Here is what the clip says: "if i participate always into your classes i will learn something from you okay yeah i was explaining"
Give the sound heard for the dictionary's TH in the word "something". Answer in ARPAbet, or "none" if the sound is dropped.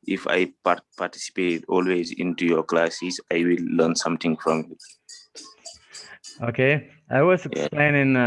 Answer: T